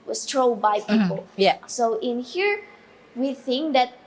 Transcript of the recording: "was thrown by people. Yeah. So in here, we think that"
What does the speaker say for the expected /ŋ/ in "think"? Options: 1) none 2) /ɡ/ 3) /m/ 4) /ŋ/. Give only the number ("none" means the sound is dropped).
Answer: 4